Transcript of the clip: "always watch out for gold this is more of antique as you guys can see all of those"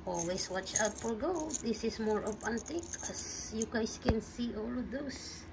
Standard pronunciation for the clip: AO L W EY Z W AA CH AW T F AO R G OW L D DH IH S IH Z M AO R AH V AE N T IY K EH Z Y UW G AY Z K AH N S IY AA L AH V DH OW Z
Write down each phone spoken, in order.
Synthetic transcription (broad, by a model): AO L W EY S W AA CH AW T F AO L G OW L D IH S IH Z M AO R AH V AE N T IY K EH S Y UW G AY S K AH N S IY AA L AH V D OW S